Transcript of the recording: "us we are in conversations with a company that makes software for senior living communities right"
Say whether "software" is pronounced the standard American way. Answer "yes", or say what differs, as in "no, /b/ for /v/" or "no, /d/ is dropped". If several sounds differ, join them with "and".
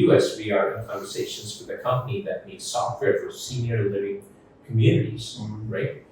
yes